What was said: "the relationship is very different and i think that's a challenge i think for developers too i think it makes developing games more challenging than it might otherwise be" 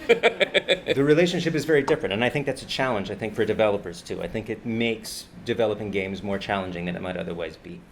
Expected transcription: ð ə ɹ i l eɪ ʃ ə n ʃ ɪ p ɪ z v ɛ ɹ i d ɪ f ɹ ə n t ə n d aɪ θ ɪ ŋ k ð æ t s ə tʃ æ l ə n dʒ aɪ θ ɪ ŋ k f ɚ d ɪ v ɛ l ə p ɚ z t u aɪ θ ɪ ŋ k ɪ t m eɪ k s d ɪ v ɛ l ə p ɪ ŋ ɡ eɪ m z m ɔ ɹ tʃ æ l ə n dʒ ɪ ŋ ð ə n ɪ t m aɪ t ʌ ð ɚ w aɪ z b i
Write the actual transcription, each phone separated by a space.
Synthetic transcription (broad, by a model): ð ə ɹ i l eɪ ʃ ə n ʃ ɪ p ɪ z v ɛ ɹ i d ɪ f ɹ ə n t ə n aɪ θ ɪ ŋ k ð æ t s ə tʃ æ l ə n dʒ aɪ θ ɪ ŋ k f ɚ d ɪ v ɛ l ə p ɚ z t u aɪ θ ɪ ŋ k ɪ t m eɪ k s d ɪ v ɛ l ə p ɪ ŋ ɡ eɪ m z m ɔ ɹ tʃ æ l ə n dʒ ɪ ŋ ð ə n ɪ t m aɪ t ʌ ð ɚ w aɪ z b i